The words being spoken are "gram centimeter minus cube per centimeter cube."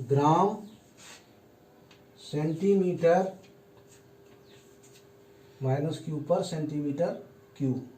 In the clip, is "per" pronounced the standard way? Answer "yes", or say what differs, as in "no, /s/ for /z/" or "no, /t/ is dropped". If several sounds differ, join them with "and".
yes